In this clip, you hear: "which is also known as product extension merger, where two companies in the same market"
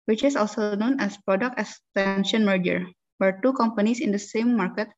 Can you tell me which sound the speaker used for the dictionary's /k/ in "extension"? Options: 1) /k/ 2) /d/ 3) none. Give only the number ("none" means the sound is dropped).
3